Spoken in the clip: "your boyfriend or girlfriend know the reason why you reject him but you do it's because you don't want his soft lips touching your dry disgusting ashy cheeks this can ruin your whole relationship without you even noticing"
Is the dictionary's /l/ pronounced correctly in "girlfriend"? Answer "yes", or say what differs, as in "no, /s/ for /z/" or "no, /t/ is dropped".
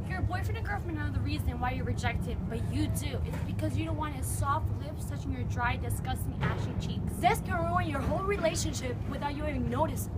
no, /l/ is dropped